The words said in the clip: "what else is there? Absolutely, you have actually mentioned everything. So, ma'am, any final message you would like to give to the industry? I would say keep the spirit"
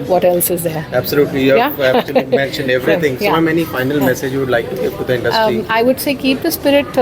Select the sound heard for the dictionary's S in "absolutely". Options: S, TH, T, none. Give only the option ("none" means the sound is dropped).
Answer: S